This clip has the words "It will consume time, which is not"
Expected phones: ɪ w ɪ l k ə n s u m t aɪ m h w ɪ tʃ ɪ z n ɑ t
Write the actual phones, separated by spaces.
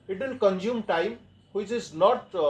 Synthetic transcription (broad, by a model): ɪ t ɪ n k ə n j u m t aɪ m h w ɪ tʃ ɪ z n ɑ t